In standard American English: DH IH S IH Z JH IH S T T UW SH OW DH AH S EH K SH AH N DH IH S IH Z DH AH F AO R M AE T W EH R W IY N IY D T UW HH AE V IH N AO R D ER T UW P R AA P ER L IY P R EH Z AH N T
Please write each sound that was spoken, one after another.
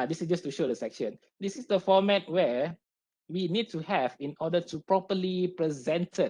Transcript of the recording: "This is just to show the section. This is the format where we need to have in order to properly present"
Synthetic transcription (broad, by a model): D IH S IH S JH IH S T T UW SH OW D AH S EH K SH AH N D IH S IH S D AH F AO M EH T W EH W IY N IY D T UW HH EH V IH N AO D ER T UW P R AA P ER L IY P R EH Z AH N T